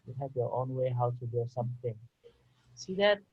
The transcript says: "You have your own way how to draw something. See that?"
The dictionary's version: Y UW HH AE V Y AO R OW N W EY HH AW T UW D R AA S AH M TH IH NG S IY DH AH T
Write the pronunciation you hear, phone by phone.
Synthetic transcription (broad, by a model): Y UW HH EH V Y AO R OW N W EY HH AW T UW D UW S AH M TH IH NG S IY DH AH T